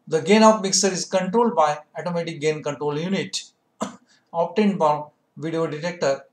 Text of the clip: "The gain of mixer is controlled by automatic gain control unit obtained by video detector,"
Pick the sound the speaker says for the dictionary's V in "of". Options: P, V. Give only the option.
P